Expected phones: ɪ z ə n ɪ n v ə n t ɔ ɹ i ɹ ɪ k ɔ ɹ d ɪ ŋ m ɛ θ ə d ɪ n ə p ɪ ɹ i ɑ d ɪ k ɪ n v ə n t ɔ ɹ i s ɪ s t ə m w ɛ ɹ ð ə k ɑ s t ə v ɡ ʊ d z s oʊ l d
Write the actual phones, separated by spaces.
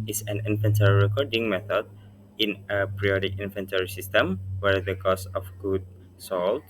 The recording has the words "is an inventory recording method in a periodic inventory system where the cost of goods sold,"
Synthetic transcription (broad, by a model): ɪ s ə n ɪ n f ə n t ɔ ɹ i ɹ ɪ k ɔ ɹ d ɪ ŋ m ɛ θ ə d ɪ n ə p ɹ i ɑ d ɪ k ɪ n f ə n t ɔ ɹ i s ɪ s t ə m w ɛ ɹ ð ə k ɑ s ə f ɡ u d s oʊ l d